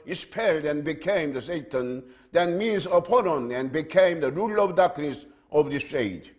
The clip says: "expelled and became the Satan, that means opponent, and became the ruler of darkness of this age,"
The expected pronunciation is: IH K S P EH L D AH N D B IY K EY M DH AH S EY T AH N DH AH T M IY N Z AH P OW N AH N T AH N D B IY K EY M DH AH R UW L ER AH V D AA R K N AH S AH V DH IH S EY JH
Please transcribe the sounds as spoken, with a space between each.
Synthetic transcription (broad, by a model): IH S P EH L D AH N B IY K EY M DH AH S EY T AH N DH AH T M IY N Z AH P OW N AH N AH N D B IY K EY M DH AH R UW L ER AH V D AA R K N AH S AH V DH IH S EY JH